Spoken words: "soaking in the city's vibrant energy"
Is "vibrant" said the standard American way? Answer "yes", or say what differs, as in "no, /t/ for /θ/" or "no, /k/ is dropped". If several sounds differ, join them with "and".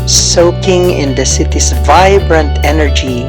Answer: yes